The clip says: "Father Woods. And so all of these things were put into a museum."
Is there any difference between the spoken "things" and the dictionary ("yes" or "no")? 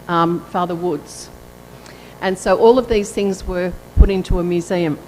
no